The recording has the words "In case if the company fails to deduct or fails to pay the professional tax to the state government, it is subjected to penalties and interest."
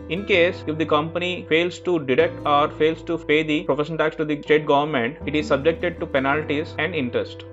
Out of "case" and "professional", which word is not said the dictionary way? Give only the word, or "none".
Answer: professional